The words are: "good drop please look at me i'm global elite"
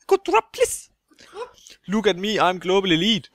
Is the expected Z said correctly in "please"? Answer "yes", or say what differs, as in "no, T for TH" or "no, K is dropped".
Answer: no, S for Z